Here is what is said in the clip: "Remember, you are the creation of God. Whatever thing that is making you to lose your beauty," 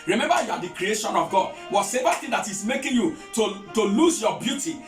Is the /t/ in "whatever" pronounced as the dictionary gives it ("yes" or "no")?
no